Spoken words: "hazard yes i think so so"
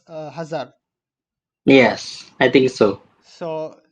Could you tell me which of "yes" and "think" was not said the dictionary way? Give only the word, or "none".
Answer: think